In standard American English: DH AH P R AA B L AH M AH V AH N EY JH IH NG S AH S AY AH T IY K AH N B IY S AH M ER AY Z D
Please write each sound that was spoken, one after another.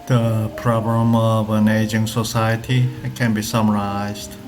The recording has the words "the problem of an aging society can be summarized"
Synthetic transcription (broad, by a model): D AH P R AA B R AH M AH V AH N EY JH IH NG S AH S AY AH T IY K AH N B IY S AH M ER AY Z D